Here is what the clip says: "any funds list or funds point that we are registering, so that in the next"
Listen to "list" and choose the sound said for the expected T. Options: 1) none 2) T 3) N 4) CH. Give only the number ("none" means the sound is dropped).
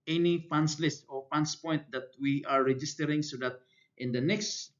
2